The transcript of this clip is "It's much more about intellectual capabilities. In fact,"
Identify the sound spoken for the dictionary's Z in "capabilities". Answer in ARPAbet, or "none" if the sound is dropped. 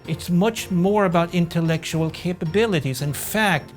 Z